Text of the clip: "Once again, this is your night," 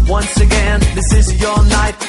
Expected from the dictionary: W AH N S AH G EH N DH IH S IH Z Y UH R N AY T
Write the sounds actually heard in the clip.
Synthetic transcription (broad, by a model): W AH N S AH G EH N DH IH S IH Z Y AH R N AY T